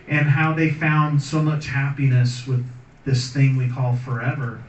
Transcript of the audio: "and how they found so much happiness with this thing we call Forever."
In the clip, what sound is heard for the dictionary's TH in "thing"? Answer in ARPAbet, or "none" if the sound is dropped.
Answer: TH